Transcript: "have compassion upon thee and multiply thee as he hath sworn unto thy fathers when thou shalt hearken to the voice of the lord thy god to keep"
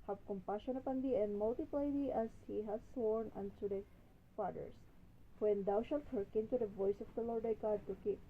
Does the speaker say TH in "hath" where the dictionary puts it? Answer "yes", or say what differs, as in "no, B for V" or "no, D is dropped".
no, S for TH